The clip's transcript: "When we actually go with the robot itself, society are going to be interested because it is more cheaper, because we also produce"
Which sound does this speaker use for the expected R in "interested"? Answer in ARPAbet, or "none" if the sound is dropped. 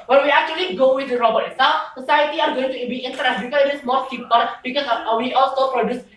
none